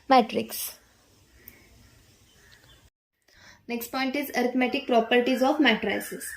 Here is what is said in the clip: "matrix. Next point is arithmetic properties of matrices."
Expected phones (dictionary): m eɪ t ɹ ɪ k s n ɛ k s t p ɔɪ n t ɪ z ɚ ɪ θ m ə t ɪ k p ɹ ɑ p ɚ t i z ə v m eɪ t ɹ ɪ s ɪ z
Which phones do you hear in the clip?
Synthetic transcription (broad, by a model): m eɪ t ɹ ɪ k s n ɛ k s t p ɔɪ n t ɪ z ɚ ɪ t m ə t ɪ k p ɹ ɑ p ɚ t i z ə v m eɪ t ɹ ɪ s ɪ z